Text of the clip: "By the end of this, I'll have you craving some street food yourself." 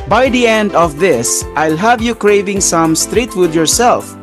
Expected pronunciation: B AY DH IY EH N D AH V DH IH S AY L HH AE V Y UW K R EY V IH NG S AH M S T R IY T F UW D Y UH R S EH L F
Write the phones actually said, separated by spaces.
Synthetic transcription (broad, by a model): B AY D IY EH N D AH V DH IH S AY L HH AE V Y UW K R EY V IH NG S AH M S T R IY T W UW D Y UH R S EH L F